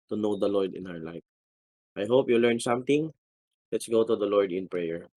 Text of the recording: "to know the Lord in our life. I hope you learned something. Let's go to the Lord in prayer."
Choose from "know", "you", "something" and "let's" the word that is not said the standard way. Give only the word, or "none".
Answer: something